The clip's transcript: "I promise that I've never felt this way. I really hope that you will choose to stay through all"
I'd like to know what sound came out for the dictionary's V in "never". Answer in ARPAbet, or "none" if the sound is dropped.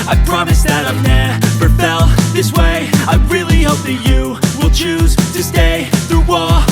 P